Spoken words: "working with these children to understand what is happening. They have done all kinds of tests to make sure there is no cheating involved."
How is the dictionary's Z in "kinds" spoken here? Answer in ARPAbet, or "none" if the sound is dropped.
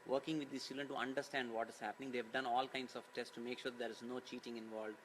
S